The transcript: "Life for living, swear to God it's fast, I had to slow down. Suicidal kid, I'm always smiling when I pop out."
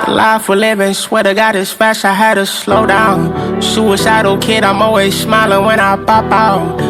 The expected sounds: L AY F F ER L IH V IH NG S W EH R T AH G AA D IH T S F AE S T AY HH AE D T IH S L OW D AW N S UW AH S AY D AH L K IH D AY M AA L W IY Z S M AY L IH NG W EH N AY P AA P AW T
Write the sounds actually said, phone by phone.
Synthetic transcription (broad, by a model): L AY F F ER L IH V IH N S W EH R T AH G AA D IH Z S F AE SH AY HH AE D T IH S L OW D AW N SH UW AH SH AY D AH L K IH D AY M AA L W IY Z S M AY L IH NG W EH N AY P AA P AW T